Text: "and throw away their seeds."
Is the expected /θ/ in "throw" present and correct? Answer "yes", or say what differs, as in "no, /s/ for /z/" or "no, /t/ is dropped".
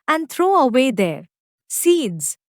no, /t/ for /θ/